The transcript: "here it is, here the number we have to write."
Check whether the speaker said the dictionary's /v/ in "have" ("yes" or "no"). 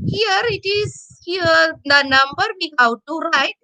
no